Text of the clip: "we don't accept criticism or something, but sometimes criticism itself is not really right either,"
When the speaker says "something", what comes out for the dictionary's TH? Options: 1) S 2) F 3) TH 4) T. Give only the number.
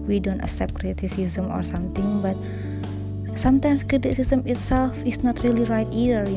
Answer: 4